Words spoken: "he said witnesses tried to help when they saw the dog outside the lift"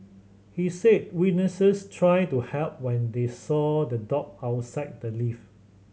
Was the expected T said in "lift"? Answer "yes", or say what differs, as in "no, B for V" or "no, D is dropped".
no, T is dropped